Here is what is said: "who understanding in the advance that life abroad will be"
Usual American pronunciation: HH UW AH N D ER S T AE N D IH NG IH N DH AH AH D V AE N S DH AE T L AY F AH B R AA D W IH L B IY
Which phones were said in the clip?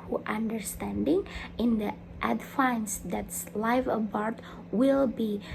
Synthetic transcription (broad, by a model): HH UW AH N D ER S T AE N D IH NG IH N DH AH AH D F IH N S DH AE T L AY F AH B R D W IH L B IY